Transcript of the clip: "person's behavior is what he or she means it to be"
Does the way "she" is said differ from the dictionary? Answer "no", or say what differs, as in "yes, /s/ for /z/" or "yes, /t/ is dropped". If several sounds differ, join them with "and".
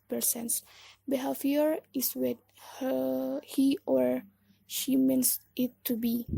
no